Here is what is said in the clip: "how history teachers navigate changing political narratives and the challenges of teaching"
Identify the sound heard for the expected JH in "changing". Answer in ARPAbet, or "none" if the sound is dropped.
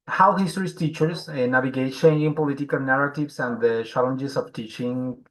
none